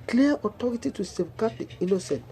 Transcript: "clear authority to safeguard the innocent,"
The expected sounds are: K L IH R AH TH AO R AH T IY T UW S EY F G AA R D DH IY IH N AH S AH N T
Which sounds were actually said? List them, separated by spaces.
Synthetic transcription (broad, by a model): K L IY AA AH T AO R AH T IY T UW S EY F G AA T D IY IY N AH S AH N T